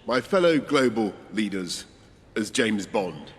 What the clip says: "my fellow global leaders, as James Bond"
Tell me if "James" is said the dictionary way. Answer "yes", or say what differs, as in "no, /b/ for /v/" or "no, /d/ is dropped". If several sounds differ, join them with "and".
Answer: yes